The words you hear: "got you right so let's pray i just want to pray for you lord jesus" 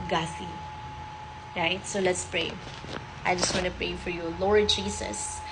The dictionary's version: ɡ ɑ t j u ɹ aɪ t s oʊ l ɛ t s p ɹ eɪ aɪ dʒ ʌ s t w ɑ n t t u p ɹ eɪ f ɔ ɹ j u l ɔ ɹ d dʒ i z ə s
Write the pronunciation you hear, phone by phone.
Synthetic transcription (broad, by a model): ɡ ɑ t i ɹ aɪ t s oʊ l ɛ t s p ɹ eɪ aɪ dʒ ʌ s t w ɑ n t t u p ɹ eɪ f ɔ ɹ j u l ɔ ɹ d dʒ i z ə s